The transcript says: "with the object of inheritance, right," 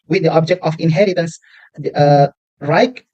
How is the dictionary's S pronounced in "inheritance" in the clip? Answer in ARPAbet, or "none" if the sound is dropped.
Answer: S